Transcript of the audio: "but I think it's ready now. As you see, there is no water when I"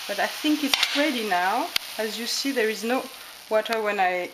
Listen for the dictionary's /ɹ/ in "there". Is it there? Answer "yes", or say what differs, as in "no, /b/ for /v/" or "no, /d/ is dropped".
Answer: yes